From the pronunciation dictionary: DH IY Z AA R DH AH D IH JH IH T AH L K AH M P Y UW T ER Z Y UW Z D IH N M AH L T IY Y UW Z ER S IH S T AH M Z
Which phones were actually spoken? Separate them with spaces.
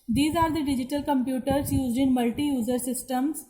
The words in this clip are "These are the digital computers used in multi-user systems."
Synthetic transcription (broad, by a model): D IY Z AA R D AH D IH JH IH T AH L K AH M P Y UW T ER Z Y UW Z D IH N M AH L T IY Y UW Z ER S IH S T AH M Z